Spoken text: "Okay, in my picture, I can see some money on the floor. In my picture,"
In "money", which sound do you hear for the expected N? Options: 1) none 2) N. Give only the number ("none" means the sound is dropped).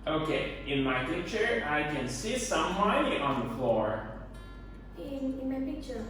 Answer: 1